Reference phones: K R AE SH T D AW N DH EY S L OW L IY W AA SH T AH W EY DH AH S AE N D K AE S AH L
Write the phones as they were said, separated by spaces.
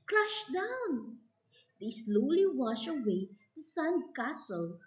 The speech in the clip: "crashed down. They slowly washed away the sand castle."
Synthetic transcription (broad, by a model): K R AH SH D AW N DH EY S L OW L IY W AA SH AH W EY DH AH S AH N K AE S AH L